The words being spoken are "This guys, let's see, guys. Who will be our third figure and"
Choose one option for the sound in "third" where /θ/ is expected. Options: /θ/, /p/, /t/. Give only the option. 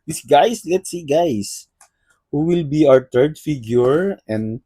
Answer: /t/